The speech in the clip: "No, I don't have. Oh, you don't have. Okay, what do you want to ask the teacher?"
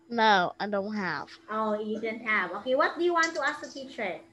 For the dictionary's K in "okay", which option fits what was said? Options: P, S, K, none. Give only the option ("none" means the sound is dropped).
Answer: K